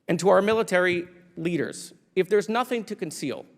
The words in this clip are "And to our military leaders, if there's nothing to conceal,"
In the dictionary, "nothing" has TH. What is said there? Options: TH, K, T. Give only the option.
TH